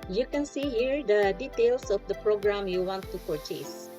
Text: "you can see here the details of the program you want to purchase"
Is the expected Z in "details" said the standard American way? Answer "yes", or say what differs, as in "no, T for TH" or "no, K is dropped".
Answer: no, S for Z